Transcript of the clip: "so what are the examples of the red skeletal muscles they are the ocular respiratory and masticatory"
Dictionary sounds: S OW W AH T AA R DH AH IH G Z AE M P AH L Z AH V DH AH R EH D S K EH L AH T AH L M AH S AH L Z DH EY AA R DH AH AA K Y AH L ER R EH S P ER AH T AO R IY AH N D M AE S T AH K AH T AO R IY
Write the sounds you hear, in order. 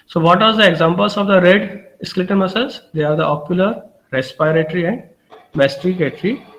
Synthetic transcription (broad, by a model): S OW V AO T AA R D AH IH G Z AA M P AH L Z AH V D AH R EH D S K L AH T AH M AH S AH Z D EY AA R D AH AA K Y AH L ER R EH S P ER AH T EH R IY AH N D M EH S T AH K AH T R IY